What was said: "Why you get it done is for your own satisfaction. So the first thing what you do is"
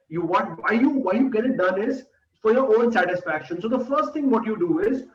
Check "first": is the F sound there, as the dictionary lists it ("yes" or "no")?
yes